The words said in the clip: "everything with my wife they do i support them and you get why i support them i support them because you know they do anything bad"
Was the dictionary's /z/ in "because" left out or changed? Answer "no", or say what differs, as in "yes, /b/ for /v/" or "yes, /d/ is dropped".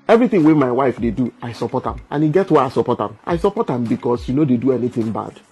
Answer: yes, /s/ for /z/